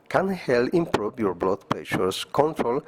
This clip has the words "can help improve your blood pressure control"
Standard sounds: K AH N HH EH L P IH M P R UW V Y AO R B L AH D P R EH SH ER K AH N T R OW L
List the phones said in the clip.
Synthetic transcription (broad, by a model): K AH N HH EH L IH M P R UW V Y AO R B L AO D P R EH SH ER K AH N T R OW L